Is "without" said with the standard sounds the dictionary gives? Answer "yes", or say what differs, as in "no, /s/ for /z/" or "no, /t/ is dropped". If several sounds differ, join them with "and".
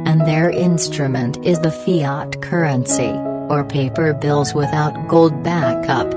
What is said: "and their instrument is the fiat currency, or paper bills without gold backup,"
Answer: yes